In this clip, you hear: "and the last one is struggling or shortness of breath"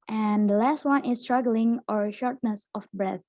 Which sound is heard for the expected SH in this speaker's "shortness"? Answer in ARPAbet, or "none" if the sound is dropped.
SH